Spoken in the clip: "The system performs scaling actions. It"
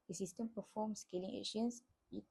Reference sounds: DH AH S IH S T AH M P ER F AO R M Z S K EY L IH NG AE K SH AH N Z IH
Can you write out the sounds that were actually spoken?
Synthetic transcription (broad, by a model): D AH S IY S T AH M P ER F AO M S K EY L IH NG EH SH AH N S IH